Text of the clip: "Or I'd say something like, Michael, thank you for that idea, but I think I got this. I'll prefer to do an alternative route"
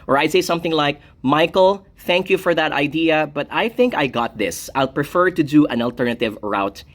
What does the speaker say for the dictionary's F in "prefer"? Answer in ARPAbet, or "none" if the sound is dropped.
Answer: F